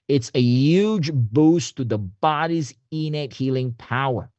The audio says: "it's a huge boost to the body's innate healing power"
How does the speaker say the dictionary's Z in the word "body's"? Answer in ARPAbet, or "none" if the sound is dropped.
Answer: Z